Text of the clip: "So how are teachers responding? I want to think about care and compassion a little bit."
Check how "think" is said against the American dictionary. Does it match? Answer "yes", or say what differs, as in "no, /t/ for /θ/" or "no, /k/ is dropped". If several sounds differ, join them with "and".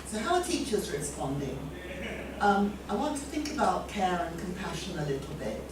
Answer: yes